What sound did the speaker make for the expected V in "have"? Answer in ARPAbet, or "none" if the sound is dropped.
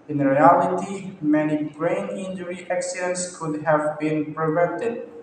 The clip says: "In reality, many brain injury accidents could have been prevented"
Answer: V